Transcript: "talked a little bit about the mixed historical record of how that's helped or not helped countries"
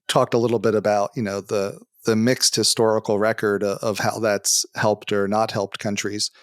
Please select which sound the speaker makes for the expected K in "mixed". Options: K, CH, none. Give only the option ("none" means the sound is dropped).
K